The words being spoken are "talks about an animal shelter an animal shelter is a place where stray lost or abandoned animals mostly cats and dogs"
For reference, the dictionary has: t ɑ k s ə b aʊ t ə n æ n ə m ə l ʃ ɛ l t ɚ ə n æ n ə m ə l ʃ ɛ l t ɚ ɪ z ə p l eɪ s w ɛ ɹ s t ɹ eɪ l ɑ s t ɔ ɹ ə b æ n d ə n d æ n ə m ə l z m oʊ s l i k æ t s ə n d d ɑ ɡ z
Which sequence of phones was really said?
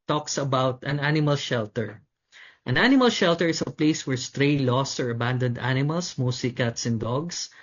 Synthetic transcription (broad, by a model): t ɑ k s ə b aʊ t ə n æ n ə m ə l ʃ ɛ l t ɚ ə n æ n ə m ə l ʃ ɛ l t ɚ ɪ s ə p l eɪ s w ɛ ɹ s t ɹ eɪ l ɑ s t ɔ ɹ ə b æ n d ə n d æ n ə m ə l s m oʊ s i k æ t s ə n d d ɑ ɡ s